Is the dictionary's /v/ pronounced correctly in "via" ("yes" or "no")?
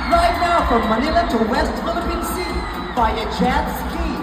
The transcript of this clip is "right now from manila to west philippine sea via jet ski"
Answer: no